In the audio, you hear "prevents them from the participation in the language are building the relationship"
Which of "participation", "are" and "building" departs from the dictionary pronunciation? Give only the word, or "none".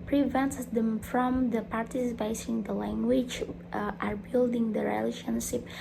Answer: participation